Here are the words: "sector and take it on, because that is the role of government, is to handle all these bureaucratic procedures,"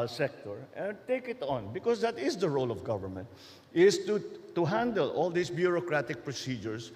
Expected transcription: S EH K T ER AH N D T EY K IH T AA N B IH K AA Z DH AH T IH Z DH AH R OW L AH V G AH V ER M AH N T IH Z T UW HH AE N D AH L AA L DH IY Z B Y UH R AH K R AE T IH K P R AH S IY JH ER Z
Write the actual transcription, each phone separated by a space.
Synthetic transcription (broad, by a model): S EH K T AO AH N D T EY K IH T AA N B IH K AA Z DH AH T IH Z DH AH R OW L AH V G AH V ER M AH N T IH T T UW HH AE N D AH L AA L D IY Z B Y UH R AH K R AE T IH K P R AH S IY JH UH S